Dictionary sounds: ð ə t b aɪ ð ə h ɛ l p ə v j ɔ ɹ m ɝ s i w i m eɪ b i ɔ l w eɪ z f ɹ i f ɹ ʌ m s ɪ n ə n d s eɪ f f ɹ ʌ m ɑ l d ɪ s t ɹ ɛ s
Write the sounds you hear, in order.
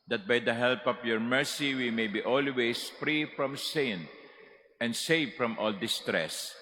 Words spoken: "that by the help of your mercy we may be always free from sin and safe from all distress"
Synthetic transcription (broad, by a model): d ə t b aɪ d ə h ɛ l p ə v j ɔ ɹ m ɝ s i w i m eɪ b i ɔ l w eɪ s f ɹ i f ɹ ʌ m s ɪ n ə n d s eɪ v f ɹ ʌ m ɑ l d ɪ s t ɹ ɛ s